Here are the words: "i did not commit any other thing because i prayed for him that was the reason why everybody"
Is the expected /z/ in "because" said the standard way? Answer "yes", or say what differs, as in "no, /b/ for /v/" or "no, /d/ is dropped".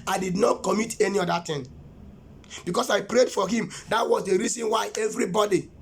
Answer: no, /s/ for /z/